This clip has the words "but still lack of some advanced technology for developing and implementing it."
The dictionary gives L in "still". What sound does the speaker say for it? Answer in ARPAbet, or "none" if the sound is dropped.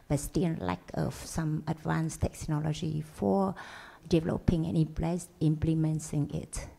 N